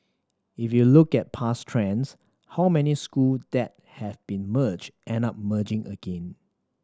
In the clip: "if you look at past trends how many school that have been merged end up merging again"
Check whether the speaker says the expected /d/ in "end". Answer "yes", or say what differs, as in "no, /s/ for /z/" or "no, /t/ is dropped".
no, /d/ is dropped